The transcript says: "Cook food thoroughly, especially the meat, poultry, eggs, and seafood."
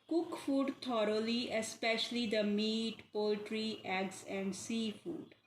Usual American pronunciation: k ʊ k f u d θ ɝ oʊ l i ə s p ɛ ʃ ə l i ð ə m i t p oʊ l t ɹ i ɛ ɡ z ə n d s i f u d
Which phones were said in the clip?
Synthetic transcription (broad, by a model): k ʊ k f u d t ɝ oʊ l i ə s p ɛ ʃ ə l i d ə m i t p oʊ l t ɹ i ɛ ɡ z ə n d s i f u d